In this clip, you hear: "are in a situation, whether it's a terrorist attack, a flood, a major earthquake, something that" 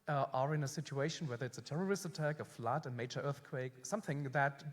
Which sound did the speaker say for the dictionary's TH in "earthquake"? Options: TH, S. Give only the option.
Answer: TH